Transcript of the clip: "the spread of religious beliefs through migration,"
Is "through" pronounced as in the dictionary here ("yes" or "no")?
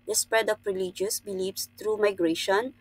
no